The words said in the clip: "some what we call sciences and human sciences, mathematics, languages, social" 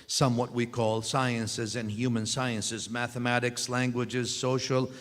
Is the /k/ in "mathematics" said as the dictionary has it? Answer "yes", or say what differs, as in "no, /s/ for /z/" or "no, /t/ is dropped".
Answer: yes